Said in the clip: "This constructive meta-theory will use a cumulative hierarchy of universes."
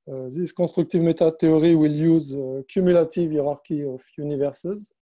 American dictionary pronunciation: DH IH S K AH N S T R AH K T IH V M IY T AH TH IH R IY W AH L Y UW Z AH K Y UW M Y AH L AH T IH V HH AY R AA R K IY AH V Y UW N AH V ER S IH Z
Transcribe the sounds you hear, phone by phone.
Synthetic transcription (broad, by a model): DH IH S K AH S T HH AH K T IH V M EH T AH T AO R IY W AH L Y UW Z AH K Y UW M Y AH L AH T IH V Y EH R AA R K IY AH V Y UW N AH V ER S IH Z